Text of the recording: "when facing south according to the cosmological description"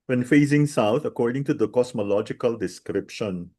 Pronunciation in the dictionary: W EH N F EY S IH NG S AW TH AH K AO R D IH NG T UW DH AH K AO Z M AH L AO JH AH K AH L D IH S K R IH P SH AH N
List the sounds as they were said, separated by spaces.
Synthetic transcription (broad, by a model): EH N F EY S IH NG S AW T AH K AO R D IH NG T UW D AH K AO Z M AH L AO JH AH K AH L D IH S K R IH P SH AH N